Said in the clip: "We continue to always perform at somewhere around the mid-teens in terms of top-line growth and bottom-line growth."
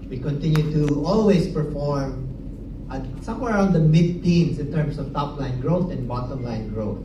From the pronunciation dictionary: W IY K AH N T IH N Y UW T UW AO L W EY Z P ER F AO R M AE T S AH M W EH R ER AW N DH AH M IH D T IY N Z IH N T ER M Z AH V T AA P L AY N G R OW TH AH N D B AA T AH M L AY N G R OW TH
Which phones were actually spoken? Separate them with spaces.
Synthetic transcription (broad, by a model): W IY K AH N T IH N Y UW T UW AO L W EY S P ER F AO R M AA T S AH M W EH R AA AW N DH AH M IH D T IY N S IH N T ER M S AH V T AA P L AY N G R OW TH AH N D B AA T AH M L AY N G R OW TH